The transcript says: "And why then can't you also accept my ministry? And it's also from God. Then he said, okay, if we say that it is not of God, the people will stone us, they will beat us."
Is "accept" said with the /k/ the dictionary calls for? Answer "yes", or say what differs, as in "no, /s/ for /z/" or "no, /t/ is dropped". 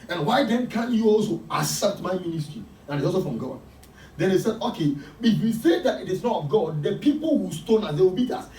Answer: no, /k/ is dropped